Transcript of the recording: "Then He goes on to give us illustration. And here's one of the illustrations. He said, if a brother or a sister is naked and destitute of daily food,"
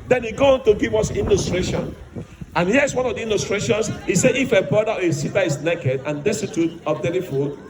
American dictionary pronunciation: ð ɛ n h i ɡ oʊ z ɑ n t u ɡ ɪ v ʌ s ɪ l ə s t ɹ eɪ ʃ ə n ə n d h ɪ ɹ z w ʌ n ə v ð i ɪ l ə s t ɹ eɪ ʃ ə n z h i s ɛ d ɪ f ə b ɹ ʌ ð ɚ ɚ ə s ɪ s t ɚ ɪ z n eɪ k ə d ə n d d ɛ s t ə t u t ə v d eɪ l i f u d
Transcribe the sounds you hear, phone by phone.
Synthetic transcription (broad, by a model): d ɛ n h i ɡ oʊ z ɑ n t u ɡ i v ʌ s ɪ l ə s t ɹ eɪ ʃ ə n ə n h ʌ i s w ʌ n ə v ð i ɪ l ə s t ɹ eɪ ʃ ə n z h i s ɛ ɪ f ə b ɹ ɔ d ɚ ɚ ə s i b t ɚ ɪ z n eɪ k ə d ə n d d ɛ s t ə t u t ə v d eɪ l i f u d